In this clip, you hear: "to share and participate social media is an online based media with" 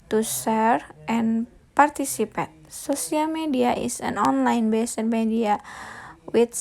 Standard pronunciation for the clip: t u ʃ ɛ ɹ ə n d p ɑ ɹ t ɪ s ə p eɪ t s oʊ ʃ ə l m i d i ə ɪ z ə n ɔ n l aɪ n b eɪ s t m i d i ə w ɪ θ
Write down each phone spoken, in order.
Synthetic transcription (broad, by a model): t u s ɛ ɹ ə n p ɑ ɹ t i s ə p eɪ t s oʊ s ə l m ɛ d i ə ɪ s ə n ɔ n l aɪ n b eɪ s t m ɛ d i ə w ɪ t